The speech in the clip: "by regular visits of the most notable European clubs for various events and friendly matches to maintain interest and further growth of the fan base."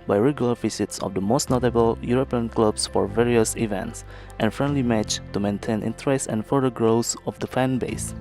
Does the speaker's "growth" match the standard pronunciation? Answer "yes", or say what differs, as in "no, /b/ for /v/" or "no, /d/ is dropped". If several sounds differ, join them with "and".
no, /s/ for /θ/